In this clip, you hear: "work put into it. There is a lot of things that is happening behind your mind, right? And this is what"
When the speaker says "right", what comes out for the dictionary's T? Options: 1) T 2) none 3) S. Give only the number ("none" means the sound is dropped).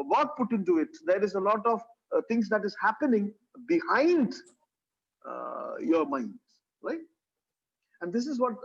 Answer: 1